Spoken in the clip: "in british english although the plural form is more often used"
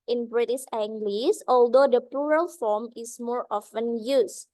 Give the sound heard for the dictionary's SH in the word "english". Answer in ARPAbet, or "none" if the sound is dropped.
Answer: S